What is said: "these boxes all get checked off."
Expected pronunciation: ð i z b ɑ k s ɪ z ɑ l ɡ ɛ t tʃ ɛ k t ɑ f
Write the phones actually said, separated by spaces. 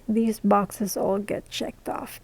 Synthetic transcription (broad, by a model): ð i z b ɑ k s ɪ z ɑ l ɡ ɛ t tʃ ɛ k t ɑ f